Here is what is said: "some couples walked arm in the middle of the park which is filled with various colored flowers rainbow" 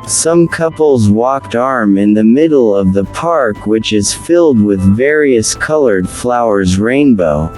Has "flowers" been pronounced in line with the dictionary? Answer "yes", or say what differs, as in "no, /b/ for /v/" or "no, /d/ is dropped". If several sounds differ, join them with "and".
yes